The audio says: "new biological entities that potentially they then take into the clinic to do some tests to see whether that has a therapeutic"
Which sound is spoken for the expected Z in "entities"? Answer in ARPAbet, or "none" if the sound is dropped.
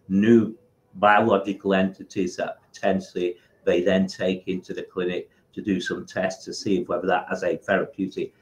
Z